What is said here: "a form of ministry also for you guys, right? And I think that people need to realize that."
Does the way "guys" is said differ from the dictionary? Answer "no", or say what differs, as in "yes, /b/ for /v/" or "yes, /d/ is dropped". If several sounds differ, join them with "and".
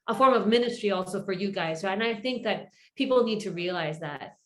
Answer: no